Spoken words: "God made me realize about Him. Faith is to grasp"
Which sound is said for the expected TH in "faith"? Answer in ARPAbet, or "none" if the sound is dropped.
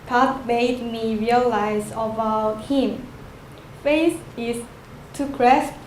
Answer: S